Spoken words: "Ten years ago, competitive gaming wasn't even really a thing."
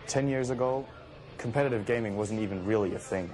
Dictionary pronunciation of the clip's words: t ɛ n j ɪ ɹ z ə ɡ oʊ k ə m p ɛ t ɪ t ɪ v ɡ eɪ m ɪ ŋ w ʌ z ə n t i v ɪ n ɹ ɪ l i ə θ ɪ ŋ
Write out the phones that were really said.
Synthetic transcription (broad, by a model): t ɛ n j ɪ ɹ z ə ɡ oʊ k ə m p ɛ t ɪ t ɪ v ɡ eɪ m ɪ ŋ w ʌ z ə n t i v ɪ n ɹ ɪ l i ə θ ɪ ŋ